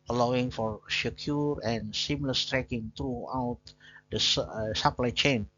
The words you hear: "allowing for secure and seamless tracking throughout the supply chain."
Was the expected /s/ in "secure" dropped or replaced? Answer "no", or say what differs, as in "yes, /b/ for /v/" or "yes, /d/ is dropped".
yes, /ʃ/ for /s/